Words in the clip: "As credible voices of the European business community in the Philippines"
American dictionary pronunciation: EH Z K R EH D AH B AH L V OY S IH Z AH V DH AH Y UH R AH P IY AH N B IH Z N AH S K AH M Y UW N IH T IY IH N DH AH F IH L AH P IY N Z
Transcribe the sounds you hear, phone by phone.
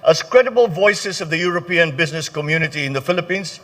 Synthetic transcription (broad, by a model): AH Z K R EH D AH B AH L V OY S IH Z AH V DH AH Y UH R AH P IY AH N B IH Z N AH S K AH M Y UW N IH T IY IH N DH AH F IH L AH P IY N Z